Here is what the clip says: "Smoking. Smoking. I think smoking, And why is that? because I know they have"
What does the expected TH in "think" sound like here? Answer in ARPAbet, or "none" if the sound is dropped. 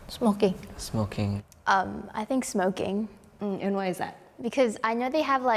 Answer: TH